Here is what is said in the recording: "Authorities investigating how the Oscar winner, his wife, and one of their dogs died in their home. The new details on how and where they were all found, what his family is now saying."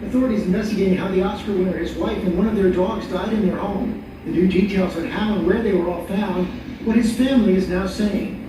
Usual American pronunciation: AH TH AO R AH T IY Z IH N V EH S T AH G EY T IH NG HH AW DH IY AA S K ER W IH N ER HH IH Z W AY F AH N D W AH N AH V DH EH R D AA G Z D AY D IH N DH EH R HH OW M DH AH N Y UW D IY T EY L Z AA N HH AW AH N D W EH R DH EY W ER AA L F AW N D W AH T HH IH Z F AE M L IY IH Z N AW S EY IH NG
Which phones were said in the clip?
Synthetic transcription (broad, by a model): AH TH AO R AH T IY Z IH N V EH S T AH G EY T IH NG HH AW DH IY AA S K ER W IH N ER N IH Z W AY F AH N W AH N AH V DH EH R D AA G Z D AY D IH N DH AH R HH OW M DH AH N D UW D IY T EY L Z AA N HH AW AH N W EH R DH EY W ER AA L F AW N D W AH T HH IH Z F AE M L IY IH Z N AW S EY IH NG